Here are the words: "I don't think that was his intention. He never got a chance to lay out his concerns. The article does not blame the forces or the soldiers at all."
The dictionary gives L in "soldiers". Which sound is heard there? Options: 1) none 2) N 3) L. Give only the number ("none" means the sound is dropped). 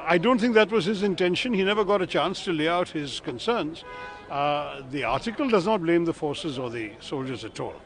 3